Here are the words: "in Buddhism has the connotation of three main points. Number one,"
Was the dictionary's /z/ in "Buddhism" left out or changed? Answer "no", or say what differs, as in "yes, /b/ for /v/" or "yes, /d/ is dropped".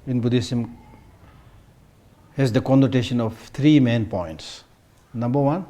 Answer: yes, /s/ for /z/